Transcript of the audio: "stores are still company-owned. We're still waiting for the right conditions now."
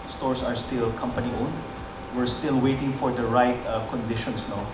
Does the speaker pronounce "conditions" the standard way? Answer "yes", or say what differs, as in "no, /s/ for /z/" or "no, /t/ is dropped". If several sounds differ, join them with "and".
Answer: no, /s/ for /z/